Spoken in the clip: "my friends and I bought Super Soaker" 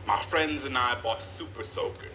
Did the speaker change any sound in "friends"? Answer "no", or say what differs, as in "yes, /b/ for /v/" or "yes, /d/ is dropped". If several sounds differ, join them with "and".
no